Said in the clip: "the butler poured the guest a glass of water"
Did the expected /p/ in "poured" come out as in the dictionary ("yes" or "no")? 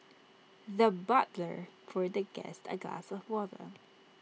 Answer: no